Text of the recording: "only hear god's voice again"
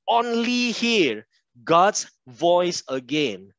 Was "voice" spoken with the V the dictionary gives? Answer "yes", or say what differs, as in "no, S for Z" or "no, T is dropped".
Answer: yes